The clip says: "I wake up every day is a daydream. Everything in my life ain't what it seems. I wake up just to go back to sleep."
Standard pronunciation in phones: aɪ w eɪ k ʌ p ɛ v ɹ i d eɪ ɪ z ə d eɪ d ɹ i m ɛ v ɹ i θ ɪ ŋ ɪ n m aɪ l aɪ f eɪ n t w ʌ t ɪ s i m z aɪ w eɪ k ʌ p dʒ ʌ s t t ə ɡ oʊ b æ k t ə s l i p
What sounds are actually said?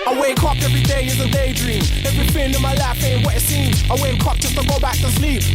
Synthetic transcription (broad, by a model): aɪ w eɪ k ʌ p ɛ v ɹ i d eɪ ɪ z ə d eɪ d ɹ i m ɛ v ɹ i f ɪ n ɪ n m aɪ l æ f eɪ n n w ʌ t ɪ s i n aɪ w eɪ k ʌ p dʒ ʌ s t t ə ɡ oʊ b æ k t ə s l i p